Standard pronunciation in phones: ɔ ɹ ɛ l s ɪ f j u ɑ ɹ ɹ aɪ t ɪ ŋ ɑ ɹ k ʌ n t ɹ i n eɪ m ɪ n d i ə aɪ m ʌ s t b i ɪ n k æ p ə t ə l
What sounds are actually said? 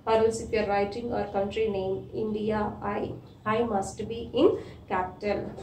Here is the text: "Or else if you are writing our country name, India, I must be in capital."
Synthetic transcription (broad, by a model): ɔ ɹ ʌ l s ɪ f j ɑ ɹ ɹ aɪ t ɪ ŋ ɑ ɹ k ʌ n t ɹ i n eɪ m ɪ n d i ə aɪ m ʌ s t b i ɪ n k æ p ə t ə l